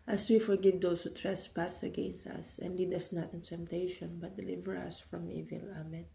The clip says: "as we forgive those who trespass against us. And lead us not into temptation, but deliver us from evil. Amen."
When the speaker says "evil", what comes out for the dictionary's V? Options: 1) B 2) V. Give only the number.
2